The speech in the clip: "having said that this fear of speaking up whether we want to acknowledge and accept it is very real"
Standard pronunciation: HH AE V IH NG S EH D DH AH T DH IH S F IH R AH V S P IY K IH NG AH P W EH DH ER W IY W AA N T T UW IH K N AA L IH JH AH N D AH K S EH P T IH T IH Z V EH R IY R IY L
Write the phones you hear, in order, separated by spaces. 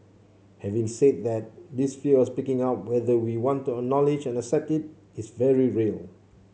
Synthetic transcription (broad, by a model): HH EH V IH NG S EH D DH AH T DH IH S F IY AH W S P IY K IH NG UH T W EH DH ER W IY W AA N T T UW IH K N AA L IH JH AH N AH K S EH P T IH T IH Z V EH R IY R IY L